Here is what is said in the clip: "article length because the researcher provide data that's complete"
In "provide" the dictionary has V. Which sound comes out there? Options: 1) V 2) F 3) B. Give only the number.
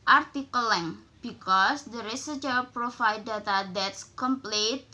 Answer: 2